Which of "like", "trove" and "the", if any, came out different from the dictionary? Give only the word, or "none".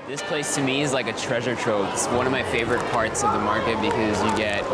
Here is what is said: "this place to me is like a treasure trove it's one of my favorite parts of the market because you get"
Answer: trove